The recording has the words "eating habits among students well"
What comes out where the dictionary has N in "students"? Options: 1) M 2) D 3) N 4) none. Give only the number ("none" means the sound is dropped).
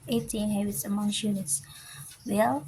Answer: 4